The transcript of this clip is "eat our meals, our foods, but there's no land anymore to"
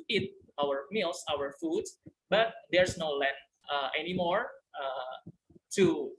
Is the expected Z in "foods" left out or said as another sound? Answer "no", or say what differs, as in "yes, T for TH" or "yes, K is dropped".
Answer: yes, Z is dropped